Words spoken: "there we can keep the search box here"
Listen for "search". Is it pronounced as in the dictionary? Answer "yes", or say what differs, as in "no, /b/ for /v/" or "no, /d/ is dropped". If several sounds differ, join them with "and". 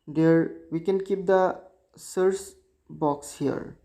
no, /s/ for /tʃ/